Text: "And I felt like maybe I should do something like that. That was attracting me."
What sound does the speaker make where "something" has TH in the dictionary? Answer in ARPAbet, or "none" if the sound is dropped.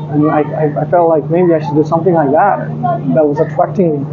TH